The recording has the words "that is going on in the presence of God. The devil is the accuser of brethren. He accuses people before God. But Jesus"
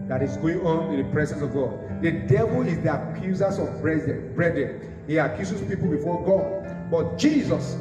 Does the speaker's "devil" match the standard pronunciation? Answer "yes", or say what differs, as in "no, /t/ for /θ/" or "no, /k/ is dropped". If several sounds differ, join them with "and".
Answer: yes